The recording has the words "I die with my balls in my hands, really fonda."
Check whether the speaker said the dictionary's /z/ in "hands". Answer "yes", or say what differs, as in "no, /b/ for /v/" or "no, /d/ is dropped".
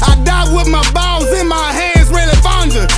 yes